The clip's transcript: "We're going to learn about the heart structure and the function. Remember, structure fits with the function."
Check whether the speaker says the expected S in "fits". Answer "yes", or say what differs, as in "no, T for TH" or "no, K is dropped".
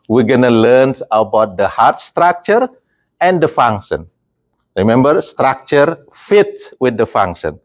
no, S is dropped